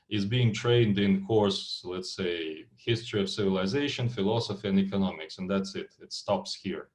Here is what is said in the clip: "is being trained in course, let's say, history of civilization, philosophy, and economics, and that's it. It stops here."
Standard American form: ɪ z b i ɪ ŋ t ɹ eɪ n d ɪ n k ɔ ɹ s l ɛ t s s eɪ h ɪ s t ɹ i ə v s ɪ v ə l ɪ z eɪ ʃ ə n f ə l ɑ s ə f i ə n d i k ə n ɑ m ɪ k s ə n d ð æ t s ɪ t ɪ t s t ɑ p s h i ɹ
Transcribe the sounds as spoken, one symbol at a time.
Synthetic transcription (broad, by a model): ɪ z b i ɪ ŋ t ɹ eɪ n d ɪ n k ɔ ɹ s l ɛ t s s eɪ h ɪ s t ɹ i ə v s ɪ v ə l ɪ z eɪ ʃ ə n f ə l ɑ s ə f i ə n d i k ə n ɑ m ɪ k s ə n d ð æ t s ɪ t ɪ t s t ɑ p s h i ɹ